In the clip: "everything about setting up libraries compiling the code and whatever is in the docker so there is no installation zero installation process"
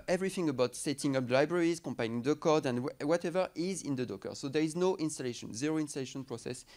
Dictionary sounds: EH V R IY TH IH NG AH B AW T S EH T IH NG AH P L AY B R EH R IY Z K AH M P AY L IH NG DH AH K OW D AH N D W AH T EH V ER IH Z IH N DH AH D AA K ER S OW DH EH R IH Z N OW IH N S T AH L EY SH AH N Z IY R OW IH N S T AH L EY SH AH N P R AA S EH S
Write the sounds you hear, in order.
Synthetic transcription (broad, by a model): EH V R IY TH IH NG AH B AW T S EH T IH NG AH P L AY B R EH R IY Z K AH M P AY N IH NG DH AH K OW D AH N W W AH T EH V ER IH Z IH N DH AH D AA K ER S OW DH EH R IH Z N OW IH N S T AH L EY SH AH N Z IY R OW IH N S T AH L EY SH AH N P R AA S EH S